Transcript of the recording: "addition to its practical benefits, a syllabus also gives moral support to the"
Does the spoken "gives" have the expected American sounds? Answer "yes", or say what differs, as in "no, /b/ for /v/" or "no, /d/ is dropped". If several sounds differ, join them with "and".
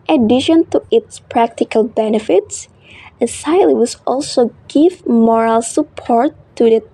no, /z/ is dropped